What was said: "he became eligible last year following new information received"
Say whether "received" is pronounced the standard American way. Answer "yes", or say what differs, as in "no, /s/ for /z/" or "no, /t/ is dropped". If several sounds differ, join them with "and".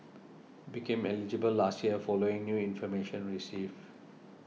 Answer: no, /d/ is dropped